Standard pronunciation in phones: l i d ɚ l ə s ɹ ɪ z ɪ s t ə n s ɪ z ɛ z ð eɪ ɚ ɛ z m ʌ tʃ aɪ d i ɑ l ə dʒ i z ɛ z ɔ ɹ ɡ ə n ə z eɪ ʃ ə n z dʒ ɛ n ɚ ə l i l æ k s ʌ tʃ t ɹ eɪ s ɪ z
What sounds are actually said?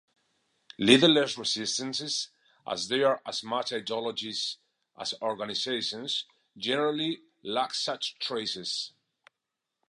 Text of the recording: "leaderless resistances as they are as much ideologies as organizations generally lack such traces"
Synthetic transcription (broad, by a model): l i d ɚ l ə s ɹ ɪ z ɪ s t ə n s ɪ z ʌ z ð eɪ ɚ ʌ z m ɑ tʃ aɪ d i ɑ l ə dʒ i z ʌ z ɔ ɹ ɡ ə n ə z eɪ ʃ ə n z dʒ ɛ n ɚ ə l i l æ k s ʌ tʃ t ɹ eɪ s ɪ z